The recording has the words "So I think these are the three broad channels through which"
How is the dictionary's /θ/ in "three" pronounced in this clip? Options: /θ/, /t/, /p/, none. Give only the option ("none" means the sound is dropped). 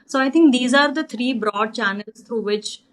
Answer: /t/